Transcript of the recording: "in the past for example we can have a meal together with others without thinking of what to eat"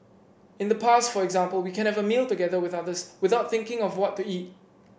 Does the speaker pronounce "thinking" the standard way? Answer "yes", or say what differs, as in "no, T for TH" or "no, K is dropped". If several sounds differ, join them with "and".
yes